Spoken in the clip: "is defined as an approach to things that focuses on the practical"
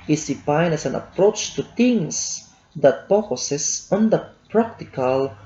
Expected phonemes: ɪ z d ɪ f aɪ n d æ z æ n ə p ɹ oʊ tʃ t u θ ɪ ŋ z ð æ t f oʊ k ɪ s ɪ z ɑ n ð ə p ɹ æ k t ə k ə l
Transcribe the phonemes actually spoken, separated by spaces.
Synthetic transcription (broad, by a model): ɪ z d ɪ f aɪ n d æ s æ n ə p ɹ oʊ tʃ t u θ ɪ ŋ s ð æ t p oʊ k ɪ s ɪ s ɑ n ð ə p ɹ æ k t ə k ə l